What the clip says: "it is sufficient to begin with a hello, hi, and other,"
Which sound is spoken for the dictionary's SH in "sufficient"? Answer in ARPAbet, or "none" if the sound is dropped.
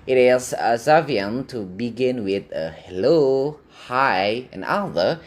none